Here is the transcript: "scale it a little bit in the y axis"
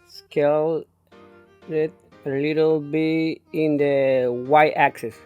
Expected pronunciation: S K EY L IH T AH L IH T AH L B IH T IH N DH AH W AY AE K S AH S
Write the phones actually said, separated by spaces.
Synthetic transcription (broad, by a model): S K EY L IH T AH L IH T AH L B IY IH N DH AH W AY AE K S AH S